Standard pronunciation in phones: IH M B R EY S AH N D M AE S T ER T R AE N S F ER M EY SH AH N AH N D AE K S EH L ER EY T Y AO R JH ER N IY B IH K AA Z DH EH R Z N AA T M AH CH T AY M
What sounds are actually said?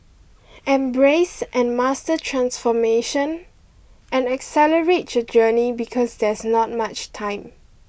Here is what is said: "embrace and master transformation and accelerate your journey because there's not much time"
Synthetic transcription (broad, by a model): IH M B R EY S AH N M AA S T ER T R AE N S F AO M EY SH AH N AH N AE K S EH L ER EY T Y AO JH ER N IY B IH K AA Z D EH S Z N AA T M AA CH T AY M